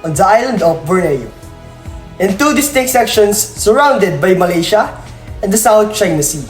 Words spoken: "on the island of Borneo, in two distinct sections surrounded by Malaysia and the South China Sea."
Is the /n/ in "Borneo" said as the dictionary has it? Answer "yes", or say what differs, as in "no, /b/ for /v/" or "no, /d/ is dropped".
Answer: no, /n/ is dropped